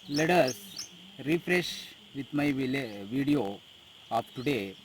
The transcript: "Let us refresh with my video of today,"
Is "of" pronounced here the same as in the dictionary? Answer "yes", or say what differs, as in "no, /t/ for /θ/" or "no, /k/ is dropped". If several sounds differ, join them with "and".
no, /p/ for /v/